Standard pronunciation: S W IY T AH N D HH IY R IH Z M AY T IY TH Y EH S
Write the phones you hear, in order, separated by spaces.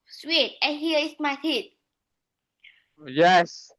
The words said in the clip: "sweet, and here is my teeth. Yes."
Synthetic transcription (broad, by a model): S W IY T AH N HH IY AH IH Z M AY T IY T Y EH S